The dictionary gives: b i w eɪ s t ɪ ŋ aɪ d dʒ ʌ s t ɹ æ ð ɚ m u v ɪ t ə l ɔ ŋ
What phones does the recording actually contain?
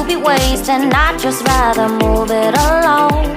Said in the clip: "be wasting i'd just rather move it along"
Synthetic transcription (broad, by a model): b i w eɪ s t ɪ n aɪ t dʒ ʌ s t ɹ æ ð ɚ m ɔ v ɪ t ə l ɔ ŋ